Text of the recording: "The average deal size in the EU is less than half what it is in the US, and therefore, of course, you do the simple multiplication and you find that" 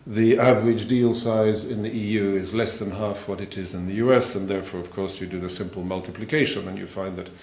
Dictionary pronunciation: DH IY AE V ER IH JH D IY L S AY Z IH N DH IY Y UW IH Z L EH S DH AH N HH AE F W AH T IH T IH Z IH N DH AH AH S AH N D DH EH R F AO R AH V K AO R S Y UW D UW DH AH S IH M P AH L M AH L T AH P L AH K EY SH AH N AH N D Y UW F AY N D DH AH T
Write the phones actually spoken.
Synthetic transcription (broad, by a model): DH IY AE V ER IH JH D IY L S AY Z IH N DH IY Y UW IH Z L EH S DH AH N HH AE F W AH T IH T IH Z IH N DH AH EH S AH N DH EH R F AO R AH V K AO R S Y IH D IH DH AH S IH M P L M AH L T AH P L AH K EY SH AH N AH N Y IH F AY N DH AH T